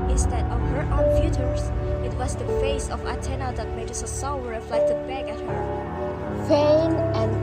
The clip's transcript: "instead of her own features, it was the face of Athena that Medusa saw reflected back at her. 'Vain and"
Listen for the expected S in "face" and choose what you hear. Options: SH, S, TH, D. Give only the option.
S